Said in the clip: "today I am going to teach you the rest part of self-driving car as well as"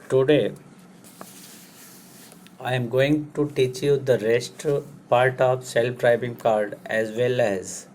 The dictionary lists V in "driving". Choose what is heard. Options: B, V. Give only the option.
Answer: B